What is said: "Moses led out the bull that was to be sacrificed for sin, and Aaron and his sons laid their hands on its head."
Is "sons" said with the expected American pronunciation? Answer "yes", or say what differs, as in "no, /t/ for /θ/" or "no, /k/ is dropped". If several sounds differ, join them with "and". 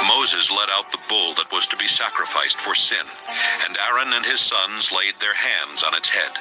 yes